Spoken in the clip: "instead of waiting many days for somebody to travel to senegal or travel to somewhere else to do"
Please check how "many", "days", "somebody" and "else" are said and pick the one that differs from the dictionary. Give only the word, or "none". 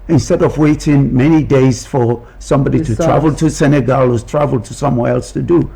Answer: none